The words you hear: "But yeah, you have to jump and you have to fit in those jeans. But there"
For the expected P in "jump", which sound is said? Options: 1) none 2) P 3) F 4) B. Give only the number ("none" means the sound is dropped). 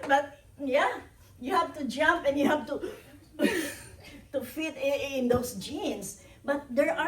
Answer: 2